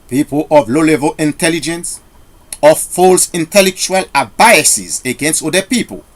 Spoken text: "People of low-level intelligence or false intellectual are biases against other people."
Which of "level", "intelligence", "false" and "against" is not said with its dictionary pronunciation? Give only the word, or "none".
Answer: none